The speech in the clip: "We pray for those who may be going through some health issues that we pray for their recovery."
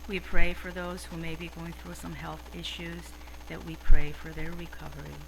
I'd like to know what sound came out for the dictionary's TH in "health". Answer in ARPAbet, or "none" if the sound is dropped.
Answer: TH